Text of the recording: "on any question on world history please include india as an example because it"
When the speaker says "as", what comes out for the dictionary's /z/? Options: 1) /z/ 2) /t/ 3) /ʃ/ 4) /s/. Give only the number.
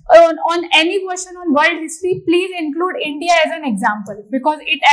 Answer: 1